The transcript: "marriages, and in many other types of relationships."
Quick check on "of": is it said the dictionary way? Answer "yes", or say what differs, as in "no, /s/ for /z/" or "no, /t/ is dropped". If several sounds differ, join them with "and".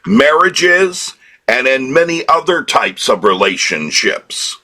yes